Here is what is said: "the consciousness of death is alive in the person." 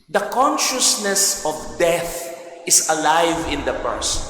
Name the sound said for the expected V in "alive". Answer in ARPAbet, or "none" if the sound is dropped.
V